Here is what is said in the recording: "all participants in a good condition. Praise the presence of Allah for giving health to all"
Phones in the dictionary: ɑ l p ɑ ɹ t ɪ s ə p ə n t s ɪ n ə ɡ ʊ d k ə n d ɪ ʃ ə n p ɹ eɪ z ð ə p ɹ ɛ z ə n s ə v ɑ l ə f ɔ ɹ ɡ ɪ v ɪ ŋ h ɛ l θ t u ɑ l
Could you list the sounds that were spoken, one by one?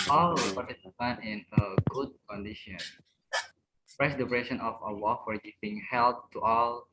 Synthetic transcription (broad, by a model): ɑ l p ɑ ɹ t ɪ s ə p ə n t ɪ n ə ɡ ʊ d k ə n d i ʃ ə n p ɹ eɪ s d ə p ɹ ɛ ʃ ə n ə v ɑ w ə f ɔ ɹ ɡ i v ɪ ŋ h ɛ l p t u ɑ l